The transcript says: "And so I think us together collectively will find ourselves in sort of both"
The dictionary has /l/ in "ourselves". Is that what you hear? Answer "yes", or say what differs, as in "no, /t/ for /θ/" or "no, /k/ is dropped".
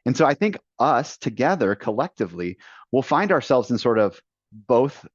yes